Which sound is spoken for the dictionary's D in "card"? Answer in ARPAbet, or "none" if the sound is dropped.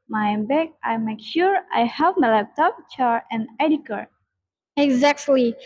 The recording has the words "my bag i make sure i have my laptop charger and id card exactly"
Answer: none